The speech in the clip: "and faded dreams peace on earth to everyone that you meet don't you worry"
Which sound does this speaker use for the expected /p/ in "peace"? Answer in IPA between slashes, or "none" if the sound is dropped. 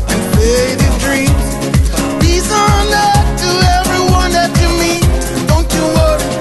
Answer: /b/